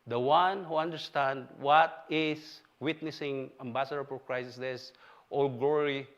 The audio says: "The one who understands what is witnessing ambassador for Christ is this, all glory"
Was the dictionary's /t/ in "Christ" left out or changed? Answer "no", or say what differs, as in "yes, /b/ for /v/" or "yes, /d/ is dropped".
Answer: yes, /t/ is dropped